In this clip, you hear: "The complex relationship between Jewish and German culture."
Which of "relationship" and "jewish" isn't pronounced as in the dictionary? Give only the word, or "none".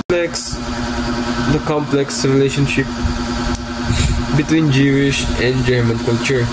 none